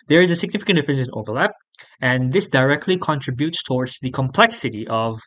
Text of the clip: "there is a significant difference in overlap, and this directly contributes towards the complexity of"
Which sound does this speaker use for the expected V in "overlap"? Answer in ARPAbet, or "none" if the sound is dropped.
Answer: V